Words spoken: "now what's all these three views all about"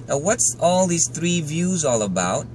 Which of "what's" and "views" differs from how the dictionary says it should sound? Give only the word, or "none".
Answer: none